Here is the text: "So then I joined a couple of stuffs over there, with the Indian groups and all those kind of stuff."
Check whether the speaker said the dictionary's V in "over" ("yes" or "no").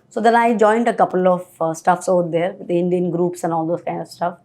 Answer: no